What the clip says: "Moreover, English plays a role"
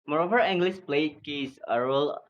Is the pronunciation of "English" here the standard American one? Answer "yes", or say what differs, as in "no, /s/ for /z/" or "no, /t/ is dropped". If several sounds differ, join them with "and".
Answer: no, /s/ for /ʃ/